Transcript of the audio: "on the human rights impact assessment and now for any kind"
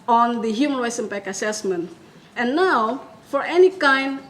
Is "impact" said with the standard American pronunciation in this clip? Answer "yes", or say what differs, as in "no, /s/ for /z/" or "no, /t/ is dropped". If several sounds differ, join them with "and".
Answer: no, /t/ is dropped